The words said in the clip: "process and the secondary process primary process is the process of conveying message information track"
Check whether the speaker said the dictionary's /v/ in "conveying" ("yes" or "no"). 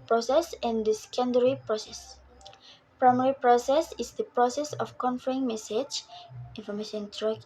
no